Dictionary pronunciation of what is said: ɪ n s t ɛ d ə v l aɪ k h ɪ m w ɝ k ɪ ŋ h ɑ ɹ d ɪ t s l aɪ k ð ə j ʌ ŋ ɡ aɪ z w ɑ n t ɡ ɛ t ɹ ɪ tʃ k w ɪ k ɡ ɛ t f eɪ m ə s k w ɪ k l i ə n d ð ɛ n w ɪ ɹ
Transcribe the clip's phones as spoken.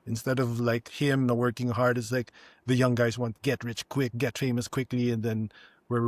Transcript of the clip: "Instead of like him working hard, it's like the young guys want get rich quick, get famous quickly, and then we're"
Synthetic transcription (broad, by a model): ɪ n s t ɛ d ə v l aɪ k h ɪ m w ɝ k ɪ ŋ h ɑ ɹ d ɪ t s l aɪ k ð ə j ʌ ŋ ɡ aɪ z w ɑ n t ɡ ɛ t ɹ ɪ tʃ k w ɪ k ɡ ɛ t f eɪ m ə s k w ɪ k l i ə n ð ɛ n w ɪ ɹ